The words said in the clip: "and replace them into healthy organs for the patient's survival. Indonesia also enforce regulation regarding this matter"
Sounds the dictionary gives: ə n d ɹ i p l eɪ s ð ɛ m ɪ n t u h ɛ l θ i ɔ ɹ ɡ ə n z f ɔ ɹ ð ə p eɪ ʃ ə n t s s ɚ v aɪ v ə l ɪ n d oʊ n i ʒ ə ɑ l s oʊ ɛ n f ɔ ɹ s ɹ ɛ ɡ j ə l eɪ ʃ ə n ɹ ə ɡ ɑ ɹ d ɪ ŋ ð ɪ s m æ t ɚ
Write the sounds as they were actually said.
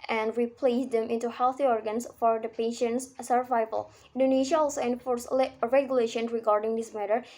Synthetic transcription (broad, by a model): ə n d ɹ i p l eɪ s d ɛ m ɪ n t u h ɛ l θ i ɔ ɹ ɡ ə n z f ɔ ɹ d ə p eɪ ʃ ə n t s s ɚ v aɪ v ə l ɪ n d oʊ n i ʃ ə ɑ l s oʊ ɛ n f ɔ ɹ s ɹ ɛ ɡ j ə l eɪ ʃ ə n ɹ ə ɡ ɑ ɹ d ɪ ŋ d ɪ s m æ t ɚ